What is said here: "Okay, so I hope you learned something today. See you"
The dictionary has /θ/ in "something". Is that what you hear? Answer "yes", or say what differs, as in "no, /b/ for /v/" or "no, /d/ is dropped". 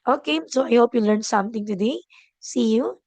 no, /t/ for /θ/